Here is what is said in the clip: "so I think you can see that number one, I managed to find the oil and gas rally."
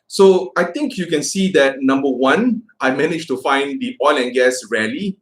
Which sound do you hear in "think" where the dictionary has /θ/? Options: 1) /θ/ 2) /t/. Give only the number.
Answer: 2